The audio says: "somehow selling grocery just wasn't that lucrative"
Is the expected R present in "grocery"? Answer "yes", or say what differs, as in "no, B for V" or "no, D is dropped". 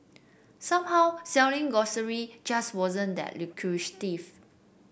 no, R is dropped